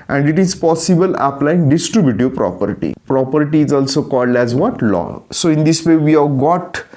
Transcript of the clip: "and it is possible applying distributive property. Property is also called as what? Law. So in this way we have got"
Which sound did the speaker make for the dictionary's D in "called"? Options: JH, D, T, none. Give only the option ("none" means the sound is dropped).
D